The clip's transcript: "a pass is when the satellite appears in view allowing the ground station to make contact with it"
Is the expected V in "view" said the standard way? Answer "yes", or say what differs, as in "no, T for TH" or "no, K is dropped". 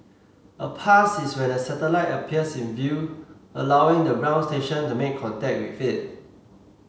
yes